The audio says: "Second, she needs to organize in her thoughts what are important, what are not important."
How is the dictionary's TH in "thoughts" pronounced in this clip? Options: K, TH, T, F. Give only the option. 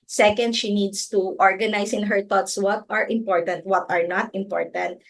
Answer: T